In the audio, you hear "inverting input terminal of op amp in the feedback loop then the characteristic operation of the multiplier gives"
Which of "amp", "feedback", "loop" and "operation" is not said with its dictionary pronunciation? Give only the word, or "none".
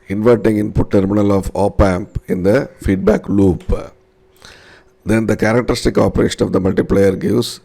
none